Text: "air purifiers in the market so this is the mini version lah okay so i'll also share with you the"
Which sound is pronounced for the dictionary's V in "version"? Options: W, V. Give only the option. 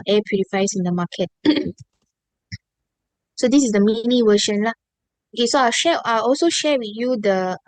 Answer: W